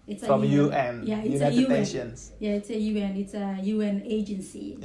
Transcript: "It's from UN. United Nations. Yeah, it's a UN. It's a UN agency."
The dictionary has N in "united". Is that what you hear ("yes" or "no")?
no